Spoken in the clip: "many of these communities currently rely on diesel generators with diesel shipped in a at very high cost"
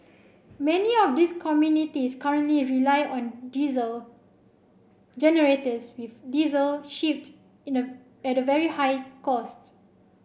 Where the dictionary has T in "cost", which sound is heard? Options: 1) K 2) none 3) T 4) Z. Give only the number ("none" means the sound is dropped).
3